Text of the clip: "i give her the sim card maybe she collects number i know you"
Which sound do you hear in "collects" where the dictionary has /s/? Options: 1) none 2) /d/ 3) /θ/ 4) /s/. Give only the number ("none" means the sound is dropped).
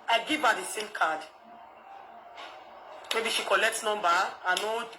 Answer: 4